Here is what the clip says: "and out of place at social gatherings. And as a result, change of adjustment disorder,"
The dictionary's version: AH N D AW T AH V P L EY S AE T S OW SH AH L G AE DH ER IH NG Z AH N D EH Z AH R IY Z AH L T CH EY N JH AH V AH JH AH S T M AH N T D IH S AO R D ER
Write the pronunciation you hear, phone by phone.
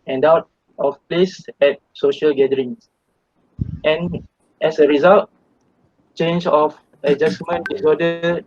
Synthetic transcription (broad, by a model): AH N D AW T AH F P L EY S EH T S OW SH AH L G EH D ER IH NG S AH N EH S AH R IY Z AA L T CH EY N JH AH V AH JH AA S M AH N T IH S AO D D